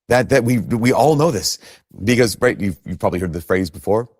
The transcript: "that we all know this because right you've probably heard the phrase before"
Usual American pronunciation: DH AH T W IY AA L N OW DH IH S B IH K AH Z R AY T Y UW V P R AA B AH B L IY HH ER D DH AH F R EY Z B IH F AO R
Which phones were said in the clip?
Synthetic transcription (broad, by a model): DH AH T W IY AA L N OW DH IH S B IH K AH Z R AY T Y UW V P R AA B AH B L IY HH ER D DH AH F R EY Z B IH F AO R